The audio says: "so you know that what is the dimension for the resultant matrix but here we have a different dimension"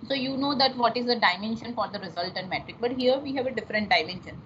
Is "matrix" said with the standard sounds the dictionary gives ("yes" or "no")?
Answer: no